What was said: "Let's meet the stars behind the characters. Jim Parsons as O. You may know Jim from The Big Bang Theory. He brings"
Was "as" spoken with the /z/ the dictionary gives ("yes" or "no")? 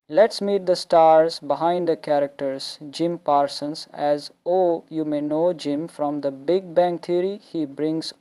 yes